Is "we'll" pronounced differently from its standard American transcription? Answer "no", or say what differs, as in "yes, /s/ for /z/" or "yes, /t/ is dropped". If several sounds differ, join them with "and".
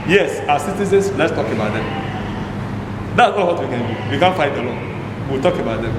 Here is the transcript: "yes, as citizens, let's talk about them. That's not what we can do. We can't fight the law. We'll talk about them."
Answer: yes, /w/ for /l/